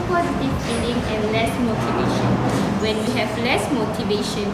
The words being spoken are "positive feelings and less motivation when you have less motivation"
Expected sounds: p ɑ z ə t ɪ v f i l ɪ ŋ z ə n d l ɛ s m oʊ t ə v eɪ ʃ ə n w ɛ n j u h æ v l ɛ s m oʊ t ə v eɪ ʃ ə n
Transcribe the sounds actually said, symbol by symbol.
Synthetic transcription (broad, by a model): p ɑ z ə t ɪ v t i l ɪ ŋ ə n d l ɛ s m oʊ t ə v eɪ ʃ ə n w ɛ n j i h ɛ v l ɛ s m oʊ t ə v eɪ ʃ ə n